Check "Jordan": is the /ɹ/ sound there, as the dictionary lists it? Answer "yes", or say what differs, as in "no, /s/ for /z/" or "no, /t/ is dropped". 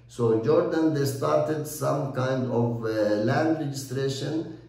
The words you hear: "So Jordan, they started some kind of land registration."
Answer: yes